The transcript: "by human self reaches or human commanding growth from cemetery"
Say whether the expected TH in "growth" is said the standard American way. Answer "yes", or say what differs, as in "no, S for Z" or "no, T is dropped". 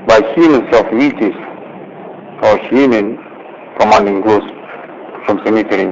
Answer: no, S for TH